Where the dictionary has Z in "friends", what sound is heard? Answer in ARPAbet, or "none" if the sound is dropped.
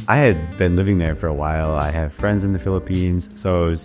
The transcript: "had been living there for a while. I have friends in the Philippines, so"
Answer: Z